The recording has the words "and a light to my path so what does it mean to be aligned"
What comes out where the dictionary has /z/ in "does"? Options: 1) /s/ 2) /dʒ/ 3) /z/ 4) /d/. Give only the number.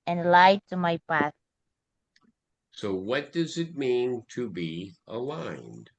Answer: 3